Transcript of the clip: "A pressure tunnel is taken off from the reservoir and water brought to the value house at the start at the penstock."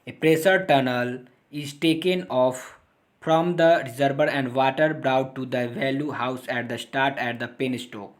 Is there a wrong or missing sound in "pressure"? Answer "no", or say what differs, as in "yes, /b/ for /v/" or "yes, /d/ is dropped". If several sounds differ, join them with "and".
yes, /s/ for /ʃ/